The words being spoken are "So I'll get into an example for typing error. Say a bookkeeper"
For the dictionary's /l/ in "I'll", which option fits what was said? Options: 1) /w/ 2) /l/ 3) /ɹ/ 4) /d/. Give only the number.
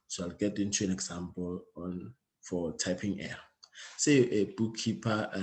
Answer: 2